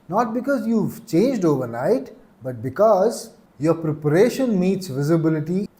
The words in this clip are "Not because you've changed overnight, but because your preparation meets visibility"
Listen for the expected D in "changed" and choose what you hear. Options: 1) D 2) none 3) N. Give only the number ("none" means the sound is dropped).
1